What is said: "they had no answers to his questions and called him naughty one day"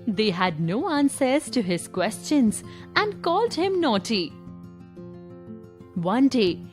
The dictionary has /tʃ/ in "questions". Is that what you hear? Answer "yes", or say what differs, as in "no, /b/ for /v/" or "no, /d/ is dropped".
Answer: yes